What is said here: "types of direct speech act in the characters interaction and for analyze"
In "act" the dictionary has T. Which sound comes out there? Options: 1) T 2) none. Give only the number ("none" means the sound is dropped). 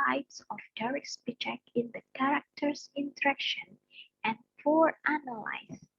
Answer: 2